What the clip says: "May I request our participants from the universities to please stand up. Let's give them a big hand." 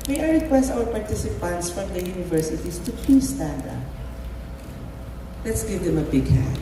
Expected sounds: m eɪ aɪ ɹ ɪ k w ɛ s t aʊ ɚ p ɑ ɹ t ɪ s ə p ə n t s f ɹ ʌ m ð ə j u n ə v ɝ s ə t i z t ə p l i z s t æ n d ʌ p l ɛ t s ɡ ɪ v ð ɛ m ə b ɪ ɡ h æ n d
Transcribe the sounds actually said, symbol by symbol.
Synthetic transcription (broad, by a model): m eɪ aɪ ɹ ɪ k w ɛ s t aʊ ɚ p ɑ ɹ t ɪ s ə p ə n t s f ɹ ʌ m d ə j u n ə v ɝ s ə t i s t ə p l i s t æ n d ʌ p l ɛ t s ɡ ɪ v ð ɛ m ə b ɪ ɡ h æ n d